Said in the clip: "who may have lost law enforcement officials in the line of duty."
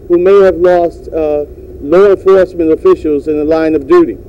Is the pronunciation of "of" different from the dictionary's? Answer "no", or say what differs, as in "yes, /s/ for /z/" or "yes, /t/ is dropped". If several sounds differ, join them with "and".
no